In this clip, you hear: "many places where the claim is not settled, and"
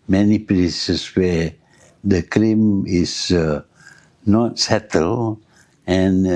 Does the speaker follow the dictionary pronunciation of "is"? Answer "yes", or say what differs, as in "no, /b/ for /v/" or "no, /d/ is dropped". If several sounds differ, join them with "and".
no, /s/ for /z/